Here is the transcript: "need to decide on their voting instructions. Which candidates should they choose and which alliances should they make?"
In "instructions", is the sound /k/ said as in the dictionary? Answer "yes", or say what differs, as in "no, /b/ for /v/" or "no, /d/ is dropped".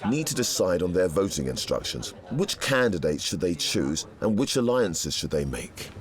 yes